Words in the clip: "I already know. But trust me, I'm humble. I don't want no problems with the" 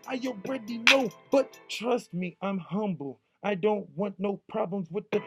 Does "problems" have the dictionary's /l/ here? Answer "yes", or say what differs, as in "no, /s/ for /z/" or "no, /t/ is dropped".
yes